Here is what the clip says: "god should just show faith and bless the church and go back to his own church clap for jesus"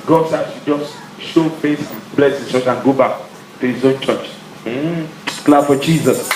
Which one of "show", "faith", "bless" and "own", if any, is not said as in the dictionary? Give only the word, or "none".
faith